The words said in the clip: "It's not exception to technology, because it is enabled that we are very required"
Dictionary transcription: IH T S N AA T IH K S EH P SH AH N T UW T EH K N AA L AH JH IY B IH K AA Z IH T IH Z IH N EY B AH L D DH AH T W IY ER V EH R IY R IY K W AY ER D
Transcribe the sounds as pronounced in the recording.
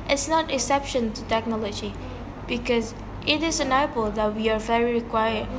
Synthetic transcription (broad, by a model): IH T S N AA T IH K S EH P SH AH N T UW T EH K N AA L AH JH IY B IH K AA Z IH T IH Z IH N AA AH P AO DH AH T W IY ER V EH R IY R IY K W AY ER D